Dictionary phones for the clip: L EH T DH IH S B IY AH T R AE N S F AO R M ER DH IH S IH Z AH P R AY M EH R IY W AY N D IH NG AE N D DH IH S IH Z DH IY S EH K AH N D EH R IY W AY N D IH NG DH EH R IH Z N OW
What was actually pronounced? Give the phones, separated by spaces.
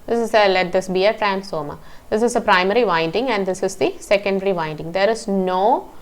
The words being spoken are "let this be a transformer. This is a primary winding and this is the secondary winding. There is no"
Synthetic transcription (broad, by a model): L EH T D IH S B IY AH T R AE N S AO M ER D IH S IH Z AH P R AY M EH R IY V AY N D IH NG AE N D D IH S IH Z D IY S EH K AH N D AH R IY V AY N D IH NG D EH R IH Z N OW